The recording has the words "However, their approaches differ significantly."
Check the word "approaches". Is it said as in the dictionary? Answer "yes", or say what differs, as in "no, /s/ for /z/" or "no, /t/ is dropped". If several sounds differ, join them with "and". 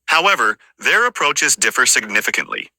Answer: yes